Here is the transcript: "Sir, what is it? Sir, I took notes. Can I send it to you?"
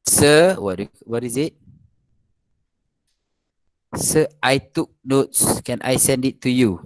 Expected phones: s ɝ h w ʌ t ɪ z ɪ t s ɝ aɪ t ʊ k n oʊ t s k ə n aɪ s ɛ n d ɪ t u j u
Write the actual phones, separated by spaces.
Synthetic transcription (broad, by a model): s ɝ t w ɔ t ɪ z ɪ t s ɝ aɪ t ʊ k n oʊ t s k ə n aɪ s ɛ n d ɪ t u j u